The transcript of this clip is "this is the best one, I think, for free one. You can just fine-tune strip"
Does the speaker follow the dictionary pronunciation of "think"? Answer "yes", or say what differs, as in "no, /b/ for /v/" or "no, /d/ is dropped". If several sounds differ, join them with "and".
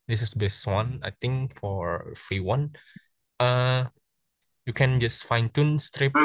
no, /t/ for /θ/